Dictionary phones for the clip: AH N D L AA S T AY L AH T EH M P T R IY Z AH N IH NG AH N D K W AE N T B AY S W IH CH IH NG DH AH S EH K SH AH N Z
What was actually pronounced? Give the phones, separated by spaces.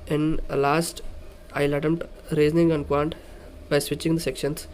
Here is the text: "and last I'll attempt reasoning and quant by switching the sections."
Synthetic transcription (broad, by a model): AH N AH L AA S T AY L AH T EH M T R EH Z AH N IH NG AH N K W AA N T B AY S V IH CH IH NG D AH S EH K SH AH N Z